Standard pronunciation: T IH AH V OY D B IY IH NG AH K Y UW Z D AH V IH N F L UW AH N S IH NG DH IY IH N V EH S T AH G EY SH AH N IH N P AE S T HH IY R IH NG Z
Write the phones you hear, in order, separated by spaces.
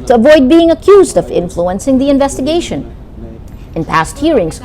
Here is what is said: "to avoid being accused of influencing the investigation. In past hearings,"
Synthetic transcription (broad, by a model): T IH AH V OY D B IY IH NG AH K Y UW Z D AH V IH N F L UW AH N S IH NG DH IY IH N V EH S T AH G EY SH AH N IH N P AE S T HH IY R IH NG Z